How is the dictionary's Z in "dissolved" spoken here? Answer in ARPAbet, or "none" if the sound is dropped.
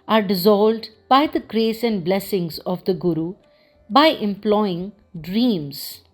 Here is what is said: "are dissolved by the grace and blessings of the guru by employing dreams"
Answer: Z